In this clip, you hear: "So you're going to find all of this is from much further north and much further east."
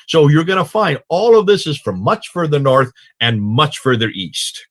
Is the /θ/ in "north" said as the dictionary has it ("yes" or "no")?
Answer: yes